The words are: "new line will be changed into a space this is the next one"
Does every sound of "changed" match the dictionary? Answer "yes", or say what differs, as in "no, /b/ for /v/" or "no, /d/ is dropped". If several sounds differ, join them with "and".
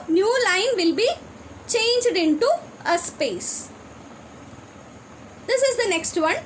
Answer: yes